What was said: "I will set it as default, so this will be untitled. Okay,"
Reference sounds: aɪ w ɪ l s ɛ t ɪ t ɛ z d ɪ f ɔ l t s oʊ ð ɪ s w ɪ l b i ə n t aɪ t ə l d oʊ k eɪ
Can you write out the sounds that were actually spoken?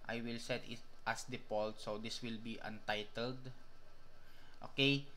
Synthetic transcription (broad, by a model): aɪ w ɪ l s ɛ t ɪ t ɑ s d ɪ p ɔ l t s oʊ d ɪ s w ɪ l b i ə n t aɪ t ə l d oʊ k eɪ